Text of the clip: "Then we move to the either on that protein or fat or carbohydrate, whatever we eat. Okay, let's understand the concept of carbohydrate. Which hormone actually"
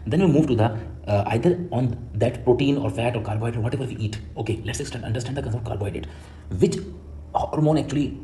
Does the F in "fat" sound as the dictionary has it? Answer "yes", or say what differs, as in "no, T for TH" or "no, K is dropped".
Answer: yes